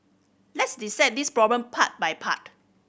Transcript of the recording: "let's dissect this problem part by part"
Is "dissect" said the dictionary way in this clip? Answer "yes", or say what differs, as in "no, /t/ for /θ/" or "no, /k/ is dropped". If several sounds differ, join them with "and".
no, /k/ is dropped